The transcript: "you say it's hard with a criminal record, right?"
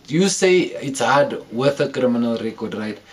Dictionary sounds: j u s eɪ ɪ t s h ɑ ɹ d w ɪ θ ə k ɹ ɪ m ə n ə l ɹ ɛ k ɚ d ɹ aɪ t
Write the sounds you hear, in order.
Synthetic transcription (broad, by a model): j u s eɪ ɪ t s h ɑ d w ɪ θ ə k ɹ ɪ m ə n ə l ɹ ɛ k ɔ d ɹ aɪ t